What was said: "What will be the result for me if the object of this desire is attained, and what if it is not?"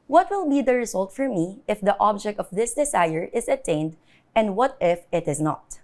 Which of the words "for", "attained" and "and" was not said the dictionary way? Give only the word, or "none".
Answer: none